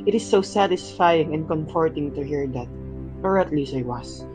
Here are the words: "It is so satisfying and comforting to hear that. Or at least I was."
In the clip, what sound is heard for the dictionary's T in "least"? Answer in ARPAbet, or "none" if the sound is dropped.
none